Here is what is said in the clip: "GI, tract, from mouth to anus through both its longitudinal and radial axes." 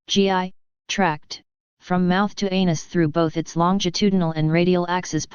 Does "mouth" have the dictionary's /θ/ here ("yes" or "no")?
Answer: yes